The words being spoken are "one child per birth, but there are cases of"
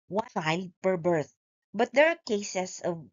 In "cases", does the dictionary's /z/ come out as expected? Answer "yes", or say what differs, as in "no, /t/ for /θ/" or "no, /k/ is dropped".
no, /s/ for /z/